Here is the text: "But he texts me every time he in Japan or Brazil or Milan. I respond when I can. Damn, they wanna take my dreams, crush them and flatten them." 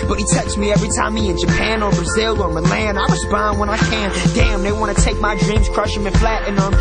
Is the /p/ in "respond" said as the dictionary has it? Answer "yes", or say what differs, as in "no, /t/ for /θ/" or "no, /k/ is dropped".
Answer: no, /b/ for /p/